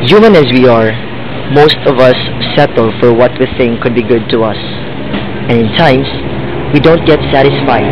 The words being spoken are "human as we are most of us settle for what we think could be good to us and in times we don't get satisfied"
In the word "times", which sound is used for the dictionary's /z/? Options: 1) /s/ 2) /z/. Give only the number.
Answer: 1